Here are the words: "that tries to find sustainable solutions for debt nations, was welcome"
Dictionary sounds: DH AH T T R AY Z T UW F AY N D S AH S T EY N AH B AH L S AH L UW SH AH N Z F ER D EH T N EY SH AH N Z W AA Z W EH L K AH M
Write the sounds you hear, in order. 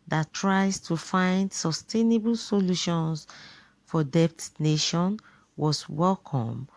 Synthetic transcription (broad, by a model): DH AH T T R AY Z T UW F AY N D S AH S T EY N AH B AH L S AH L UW SH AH N S F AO D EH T N EY SH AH N W AA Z W EH L K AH M